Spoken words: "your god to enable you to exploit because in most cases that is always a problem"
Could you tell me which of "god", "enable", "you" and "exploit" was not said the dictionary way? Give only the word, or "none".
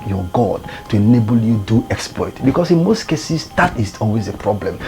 none